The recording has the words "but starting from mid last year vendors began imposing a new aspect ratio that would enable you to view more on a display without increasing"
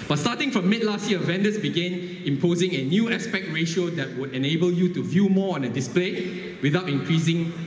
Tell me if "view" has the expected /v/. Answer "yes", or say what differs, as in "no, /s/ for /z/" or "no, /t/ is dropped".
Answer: yes